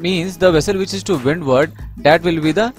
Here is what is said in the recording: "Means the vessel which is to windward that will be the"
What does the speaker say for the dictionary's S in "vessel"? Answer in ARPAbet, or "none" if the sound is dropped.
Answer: S